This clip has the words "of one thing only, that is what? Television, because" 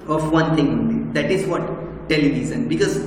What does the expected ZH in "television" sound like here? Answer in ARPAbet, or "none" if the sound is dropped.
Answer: Z